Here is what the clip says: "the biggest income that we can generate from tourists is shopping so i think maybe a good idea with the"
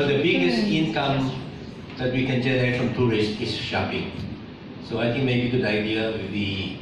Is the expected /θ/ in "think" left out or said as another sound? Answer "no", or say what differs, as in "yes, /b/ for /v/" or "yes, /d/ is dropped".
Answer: yes, /t/ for /θ/